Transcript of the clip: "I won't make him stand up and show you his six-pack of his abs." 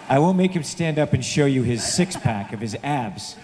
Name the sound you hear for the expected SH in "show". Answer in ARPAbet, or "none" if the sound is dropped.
SH